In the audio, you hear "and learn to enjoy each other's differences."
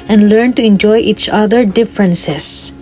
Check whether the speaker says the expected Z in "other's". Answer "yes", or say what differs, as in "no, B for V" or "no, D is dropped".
no, Z is dropped